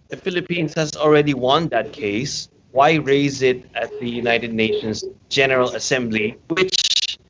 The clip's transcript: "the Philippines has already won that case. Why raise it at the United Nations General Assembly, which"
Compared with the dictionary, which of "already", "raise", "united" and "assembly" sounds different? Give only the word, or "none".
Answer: none